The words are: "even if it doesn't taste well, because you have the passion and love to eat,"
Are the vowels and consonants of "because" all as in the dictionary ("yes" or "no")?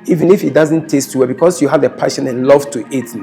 no